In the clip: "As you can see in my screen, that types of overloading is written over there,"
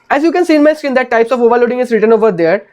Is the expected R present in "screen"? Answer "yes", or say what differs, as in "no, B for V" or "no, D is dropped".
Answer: no, R is dropped